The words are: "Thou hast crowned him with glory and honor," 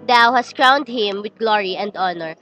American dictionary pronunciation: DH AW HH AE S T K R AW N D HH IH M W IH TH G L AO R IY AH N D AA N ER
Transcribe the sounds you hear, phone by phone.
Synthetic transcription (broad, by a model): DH AW HH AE S T K R AW N D HH IH M W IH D G L AO R IY AH N D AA N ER